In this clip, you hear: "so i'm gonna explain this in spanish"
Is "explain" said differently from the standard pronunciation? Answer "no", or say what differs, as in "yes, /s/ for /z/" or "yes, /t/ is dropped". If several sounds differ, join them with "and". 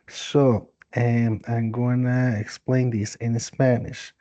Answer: no